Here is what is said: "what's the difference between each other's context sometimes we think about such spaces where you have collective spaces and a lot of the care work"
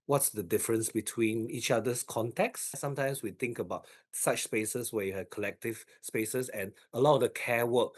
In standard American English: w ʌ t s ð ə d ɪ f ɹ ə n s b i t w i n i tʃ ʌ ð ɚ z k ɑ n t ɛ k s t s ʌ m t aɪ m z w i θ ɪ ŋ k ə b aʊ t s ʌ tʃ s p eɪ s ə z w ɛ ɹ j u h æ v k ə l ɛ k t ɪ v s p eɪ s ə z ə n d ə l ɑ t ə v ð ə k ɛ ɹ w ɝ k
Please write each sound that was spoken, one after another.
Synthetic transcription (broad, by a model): w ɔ t s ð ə d ɪ f ɹ ə n s b i t w i n i tʃ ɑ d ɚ s k ɑ n t ɛ k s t s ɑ m t aɪ m s w i t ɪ ŋ k ə b aʊ t s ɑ tʃ s p eɪ s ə s w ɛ j u h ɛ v k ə l ɛ k t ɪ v s p eɪ s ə s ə n ə l ɑ t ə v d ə k ɛ w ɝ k